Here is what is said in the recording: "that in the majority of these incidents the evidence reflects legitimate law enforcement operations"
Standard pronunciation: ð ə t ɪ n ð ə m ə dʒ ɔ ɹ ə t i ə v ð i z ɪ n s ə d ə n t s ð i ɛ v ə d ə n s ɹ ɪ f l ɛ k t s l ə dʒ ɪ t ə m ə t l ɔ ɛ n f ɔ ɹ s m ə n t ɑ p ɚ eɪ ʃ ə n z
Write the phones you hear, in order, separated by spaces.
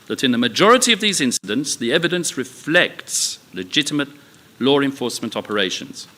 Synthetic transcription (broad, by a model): ð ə t ɪ n ð ə m ə dʒ ɔ ɹ ə t i ə v ð i z ɪ n s ə d ə n t s ð i ɛ v ə d ə n s ɹ ɪ f l ɛ k t s l ə dʒ ɪ t ə m ə t l ɔ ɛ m f ɔ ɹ s m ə n t ɑ p ɚ eɪ ʃ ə n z